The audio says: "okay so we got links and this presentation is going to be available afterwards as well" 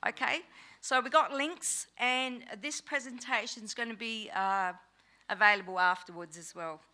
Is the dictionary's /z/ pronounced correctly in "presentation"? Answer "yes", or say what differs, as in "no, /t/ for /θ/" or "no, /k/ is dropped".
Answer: yes